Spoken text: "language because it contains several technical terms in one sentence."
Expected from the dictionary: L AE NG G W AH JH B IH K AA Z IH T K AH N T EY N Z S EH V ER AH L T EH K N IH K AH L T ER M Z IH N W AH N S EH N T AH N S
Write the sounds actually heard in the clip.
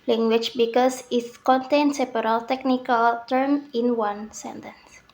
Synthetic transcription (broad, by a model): L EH NG G W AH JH B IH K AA S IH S K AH N T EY N S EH P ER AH L T EH K N IH K AH L T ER M IH N W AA N S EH N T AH N S